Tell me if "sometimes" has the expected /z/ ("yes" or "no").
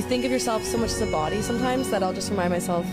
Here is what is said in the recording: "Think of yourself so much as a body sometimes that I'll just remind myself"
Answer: yes